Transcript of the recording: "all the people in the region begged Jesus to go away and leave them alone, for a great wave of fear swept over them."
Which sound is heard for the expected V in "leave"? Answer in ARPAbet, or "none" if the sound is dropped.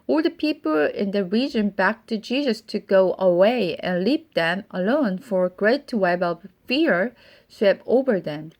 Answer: P